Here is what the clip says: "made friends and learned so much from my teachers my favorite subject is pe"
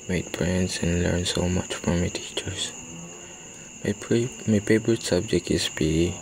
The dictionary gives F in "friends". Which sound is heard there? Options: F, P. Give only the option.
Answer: P